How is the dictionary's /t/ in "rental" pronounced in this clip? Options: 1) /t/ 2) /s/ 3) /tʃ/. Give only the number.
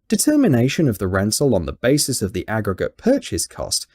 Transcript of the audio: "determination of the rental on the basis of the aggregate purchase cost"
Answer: 2